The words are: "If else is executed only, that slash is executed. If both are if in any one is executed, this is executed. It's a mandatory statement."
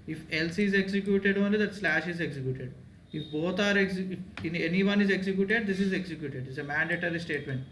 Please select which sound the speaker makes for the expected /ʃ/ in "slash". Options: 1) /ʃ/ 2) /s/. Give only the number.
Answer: 1